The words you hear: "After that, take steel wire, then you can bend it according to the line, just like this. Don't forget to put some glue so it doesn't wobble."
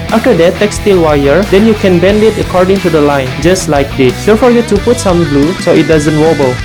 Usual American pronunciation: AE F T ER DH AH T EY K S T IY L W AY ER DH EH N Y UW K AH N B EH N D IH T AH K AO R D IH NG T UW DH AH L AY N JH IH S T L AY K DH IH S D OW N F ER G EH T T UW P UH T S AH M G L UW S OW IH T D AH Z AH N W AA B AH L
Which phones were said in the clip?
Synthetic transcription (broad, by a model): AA F T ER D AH T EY K S T IY L W AY ER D EH N Y UW K AH N B EH N D IH T AH K AO R D IH NG T UW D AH L AY N JH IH S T L AY K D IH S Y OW F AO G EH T T UW P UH T S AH M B L UW S OW IH T D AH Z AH N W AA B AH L